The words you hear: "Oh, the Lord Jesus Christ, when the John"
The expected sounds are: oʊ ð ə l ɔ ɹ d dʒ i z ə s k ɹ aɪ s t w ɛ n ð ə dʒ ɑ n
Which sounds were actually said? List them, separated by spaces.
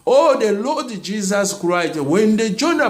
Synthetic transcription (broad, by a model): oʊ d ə l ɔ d dʒ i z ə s k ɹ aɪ t w ɛ n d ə dʒ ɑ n